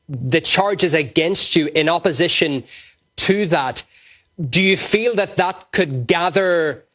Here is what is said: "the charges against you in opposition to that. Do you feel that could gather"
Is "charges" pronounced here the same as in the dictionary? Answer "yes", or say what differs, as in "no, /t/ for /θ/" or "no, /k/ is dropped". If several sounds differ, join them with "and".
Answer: yes